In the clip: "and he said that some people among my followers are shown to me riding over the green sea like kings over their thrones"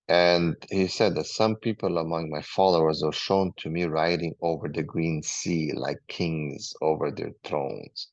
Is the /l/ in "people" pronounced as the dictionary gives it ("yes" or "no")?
yes